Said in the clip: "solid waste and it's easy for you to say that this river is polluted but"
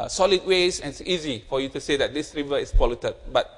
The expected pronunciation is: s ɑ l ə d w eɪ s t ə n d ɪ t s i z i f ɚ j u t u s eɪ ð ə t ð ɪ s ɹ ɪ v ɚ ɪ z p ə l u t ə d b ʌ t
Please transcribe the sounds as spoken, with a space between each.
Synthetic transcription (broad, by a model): s ɑ l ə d w eɪ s ə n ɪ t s i z i f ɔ j u t u s eɪ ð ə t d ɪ s ɹ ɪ v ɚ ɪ s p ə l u t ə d b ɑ t